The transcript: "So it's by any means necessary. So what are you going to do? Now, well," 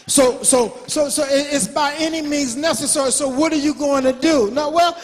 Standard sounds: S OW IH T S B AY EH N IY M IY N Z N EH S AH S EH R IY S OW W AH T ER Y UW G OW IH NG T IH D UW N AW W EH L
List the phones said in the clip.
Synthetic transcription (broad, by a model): S OW IH T S B AY EH N IY M IY N Z N EH S AH S EH R IY S OW W AH T ER Y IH G OW IH NG T IH D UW N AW W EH L